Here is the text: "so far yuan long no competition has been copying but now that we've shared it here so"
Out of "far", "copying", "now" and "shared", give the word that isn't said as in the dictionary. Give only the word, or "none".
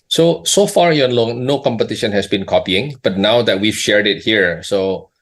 none